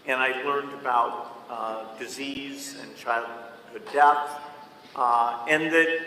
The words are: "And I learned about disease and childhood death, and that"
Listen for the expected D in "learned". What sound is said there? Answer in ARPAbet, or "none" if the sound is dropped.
D